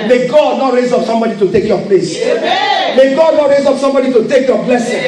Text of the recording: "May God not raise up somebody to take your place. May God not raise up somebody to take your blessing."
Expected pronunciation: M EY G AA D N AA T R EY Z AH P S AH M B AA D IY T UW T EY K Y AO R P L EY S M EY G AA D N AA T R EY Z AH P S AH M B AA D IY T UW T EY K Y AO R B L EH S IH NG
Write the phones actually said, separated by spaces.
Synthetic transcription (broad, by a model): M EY G AA D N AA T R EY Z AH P S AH M B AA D IY T UW T EY K Y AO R P L EY S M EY G AA D N AA T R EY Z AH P S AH M B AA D IY T UW T EY K Y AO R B L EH S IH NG